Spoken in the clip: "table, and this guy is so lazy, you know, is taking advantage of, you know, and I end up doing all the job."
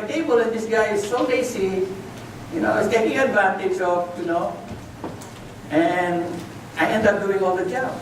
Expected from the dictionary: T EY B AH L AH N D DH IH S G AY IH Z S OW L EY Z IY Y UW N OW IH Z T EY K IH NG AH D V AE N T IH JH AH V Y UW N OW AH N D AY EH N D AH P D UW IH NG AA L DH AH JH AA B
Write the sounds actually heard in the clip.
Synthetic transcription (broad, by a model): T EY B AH L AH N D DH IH S G AY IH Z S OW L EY S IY Y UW N OW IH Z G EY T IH NG AH D V AE N T IH JH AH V Y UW N OW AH N AY EH N D AH P D UW IH NG AA L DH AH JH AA